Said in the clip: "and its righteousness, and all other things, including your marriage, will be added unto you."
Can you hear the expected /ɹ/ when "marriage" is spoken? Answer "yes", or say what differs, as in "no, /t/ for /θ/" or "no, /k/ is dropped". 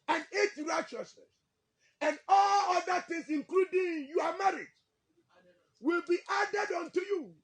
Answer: yes